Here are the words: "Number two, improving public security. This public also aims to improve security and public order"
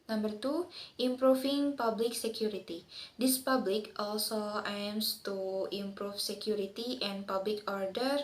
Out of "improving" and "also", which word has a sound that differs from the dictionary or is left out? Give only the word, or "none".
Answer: improving